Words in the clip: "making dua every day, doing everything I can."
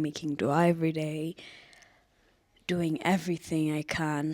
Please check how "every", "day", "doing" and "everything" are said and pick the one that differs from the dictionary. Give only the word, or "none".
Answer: none